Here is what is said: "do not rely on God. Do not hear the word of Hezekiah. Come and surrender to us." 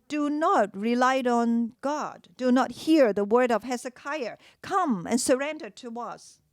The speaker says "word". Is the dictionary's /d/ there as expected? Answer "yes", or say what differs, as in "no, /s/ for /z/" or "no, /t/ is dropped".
yes